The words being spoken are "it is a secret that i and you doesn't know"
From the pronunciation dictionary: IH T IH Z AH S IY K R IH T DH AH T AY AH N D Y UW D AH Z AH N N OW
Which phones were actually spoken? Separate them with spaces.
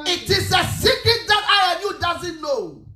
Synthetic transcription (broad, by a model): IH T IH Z AH S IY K IH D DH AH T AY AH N Y UW D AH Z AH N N OW